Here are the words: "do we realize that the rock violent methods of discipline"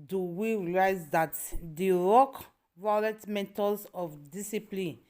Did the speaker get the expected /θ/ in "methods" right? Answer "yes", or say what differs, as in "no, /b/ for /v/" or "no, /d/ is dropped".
no, /t/ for /θ/